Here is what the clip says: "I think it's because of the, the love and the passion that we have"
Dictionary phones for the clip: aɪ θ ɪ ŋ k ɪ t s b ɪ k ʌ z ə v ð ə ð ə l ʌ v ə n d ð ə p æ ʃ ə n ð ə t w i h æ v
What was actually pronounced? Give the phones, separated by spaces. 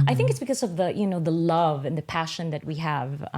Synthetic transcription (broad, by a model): aɪ θ ɪ ŋ k ɪ t s b ɪ k ʌ z ə v ð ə ð ə l ʌ v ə n ð ə p æ ʃ ə n ð ə t w i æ v